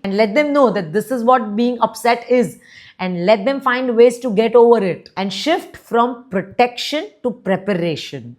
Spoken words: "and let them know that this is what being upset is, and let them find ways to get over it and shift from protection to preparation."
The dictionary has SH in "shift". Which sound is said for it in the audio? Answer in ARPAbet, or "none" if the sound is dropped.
SH